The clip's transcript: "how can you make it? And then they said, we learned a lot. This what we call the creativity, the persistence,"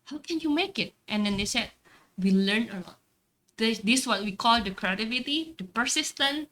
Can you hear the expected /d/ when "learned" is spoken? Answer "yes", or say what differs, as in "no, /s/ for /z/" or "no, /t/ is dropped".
no, /d/ is dropped